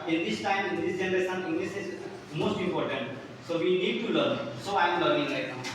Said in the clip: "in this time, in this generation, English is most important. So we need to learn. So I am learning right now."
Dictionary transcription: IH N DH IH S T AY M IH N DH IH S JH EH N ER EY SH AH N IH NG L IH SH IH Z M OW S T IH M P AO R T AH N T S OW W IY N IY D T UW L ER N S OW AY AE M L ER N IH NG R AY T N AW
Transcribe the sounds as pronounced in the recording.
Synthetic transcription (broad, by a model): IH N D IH S T AY M IH N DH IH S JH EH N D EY S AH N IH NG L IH S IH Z M OW S T IH M P AO R T AH N T S OW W IY N IY D T UW L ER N S OW AY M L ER IH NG L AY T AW